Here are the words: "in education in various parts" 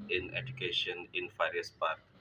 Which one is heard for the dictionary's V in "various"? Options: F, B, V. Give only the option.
F